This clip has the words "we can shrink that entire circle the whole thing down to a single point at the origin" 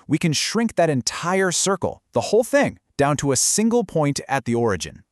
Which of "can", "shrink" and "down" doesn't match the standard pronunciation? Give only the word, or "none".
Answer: none